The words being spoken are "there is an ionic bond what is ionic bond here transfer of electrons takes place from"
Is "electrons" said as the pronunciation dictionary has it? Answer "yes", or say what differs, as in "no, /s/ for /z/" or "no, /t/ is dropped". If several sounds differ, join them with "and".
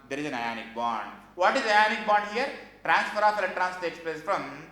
no, /k/ is dropped and /s/ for /z/